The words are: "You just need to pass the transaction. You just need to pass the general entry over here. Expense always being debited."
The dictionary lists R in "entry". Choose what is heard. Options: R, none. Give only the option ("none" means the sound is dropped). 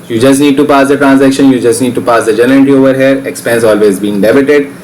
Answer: none